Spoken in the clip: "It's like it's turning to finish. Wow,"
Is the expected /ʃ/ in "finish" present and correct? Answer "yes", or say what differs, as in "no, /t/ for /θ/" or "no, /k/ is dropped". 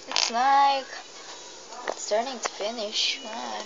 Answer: yes